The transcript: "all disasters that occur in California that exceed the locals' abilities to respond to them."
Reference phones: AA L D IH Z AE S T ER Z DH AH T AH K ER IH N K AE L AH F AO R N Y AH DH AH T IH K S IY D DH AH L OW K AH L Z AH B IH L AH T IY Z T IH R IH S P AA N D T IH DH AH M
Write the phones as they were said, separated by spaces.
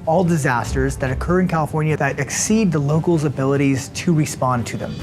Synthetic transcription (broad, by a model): AA L D IH Z AE S T ER Z DH AH T AH K ER IH N K AE L AH F AO R N Y AH DH AH T IH K S IY D DH AH L OW K L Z AH B IH L AH T IY Z T IH R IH S P AA N T IH DH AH M